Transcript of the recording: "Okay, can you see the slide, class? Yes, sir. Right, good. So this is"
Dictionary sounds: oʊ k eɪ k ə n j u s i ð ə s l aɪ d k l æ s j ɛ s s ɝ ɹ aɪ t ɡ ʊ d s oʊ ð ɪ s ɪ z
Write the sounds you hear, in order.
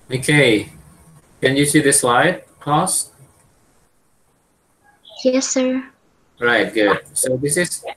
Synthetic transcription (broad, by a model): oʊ k eɪ k ə n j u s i ð ə s l aɪ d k ɑ s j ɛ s s ɝ ɹ aɪ t ɡ ʊ d s oʊ ð ɪ s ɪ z